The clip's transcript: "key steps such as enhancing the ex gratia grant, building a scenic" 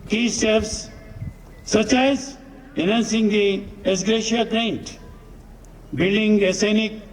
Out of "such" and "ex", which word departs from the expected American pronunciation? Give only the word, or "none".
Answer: ex